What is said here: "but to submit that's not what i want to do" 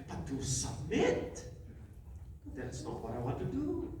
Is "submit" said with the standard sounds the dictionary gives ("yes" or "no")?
no